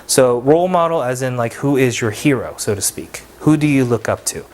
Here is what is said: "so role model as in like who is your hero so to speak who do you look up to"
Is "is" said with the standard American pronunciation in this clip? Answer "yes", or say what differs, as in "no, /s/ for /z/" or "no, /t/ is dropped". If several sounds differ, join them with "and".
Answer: yes